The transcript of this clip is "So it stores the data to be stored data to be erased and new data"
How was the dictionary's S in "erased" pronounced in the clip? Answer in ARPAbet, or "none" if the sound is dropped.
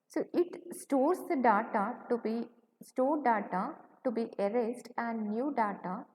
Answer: S